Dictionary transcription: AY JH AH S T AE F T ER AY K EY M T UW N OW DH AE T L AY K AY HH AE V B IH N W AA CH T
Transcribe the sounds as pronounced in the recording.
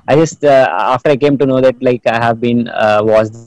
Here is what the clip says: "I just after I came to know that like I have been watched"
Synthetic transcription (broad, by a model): AY JH AH S T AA F T ER AY K EY M T UW N OW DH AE T L AY K AY HH AE V B IH N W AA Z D